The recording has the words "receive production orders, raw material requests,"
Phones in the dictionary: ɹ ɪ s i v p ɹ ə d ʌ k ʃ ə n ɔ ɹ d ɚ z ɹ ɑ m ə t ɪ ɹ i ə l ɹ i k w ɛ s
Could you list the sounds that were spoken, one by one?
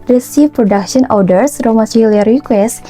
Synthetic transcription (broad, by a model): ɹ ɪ s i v p ɹ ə d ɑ k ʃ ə n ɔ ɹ d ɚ s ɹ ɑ m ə s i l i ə ɹ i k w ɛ s